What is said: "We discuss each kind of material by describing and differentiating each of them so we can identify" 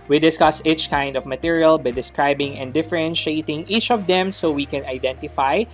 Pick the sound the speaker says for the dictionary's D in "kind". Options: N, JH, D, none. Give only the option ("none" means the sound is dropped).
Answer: D